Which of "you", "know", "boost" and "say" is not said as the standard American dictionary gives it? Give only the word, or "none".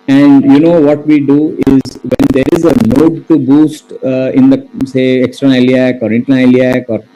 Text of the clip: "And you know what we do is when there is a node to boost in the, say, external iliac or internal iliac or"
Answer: none